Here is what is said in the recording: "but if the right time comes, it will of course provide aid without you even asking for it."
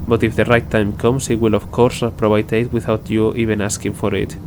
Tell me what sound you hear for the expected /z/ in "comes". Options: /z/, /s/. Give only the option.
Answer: /s/